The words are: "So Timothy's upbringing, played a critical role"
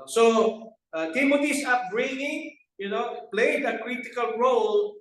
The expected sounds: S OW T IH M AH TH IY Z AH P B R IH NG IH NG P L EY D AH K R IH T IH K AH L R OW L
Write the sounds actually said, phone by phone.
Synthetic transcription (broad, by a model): S OW T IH M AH T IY S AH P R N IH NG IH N P L EY D AH K R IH T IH K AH L R OW L